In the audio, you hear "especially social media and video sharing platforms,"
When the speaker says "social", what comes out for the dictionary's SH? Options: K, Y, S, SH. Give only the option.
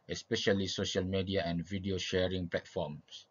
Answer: SH